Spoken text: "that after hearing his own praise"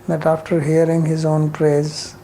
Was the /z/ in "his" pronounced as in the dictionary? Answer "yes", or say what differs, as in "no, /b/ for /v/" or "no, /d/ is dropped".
yes